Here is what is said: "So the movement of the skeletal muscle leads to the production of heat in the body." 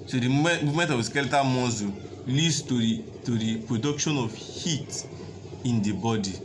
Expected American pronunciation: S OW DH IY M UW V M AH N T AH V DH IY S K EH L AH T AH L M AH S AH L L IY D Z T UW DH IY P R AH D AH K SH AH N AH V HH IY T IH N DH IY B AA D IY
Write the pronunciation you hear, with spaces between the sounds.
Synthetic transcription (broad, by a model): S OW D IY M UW M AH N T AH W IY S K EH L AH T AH M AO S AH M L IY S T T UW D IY P R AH D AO K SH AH N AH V HH IY T IH N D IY B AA D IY